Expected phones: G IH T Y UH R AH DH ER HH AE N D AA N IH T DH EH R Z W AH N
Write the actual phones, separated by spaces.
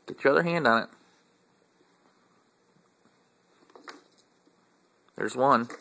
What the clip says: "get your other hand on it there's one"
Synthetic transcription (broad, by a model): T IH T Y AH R AH DH ER HH AE N D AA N IH T DH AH R Z W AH N